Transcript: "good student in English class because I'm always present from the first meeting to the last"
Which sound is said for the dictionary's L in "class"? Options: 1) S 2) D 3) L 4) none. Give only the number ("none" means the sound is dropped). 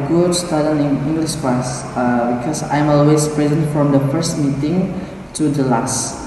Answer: 4